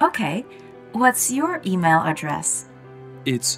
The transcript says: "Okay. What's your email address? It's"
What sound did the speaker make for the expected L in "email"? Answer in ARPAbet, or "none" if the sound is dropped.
L